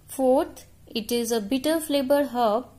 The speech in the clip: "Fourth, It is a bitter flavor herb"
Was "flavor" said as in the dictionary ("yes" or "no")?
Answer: no